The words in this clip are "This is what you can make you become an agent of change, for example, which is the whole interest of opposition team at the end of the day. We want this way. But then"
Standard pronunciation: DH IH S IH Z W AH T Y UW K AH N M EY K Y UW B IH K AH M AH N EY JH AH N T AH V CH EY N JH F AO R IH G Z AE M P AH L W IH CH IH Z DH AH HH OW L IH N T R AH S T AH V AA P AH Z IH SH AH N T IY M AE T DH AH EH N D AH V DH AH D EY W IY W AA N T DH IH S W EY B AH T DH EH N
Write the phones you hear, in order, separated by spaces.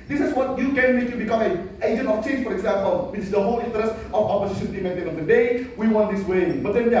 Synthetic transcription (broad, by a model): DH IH S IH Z W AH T Y UW K AH N M EY K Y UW B IH K AH M AH N EY JH AH N T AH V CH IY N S F AO R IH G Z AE M P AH L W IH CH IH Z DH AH HH OW L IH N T R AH S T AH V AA P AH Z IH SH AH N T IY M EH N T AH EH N AH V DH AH D EY W IY W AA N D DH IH S W EY B AH T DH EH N